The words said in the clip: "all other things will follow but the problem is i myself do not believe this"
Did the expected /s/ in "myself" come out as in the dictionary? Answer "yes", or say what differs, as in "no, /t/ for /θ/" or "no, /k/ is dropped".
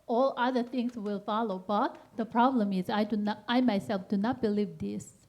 yes